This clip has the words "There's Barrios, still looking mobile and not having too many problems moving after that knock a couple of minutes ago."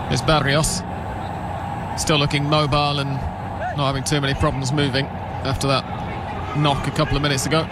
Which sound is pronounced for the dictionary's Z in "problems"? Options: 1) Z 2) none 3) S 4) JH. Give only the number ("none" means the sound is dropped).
1